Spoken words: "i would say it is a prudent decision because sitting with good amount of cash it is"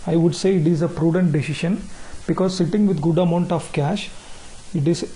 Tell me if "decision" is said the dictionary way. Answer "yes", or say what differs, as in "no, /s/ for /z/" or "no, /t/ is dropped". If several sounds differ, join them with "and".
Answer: no, /ʃ/ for /ʒ/